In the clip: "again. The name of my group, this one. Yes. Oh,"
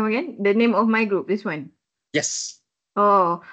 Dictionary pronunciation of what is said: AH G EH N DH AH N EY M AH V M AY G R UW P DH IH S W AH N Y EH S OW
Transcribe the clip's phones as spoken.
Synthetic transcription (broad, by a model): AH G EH N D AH N EY M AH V M AY G R UW P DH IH S W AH N Y EH S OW